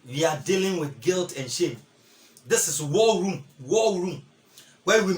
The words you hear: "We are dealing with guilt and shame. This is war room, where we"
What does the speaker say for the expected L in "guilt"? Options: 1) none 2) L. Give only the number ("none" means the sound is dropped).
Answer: 2